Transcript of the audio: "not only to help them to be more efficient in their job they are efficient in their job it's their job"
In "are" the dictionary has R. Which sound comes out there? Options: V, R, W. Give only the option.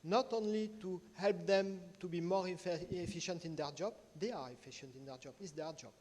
R